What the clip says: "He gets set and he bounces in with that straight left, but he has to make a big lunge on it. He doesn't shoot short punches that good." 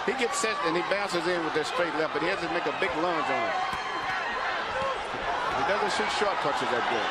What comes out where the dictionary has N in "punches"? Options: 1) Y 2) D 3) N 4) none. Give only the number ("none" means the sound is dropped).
4